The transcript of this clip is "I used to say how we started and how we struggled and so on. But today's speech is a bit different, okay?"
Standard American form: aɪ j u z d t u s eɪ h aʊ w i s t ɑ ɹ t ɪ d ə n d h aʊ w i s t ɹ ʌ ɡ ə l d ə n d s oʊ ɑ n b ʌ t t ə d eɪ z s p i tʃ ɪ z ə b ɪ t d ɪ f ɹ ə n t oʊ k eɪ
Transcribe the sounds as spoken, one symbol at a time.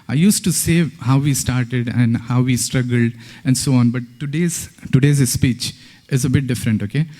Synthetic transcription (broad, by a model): aɪ j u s t u s eɪ h aʊ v i s t ɑ ɹ t ɪ d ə n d h aʊ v i s t ɹ ʌ ɡ ə l d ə n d s oʊ ɑ n b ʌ t t ə d eɪ z s p i tʃ ɪ z ə b ɪ t d ɪ f ɹ ə n t oʊ k eɪ